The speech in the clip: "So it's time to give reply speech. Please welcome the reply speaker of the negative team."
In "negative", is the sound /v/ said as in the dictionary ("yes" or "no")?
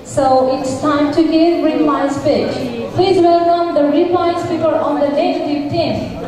no